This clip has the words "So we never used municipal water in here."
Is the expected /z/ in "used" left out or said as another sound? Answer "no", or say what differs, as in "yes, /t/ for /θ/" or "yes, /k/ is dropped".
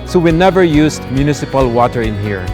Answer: yes, /s/ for /z/